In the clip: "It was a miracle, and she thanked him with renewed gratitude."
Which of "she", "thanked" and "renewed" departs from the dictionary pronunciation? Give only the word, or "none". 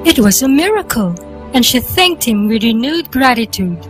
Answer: none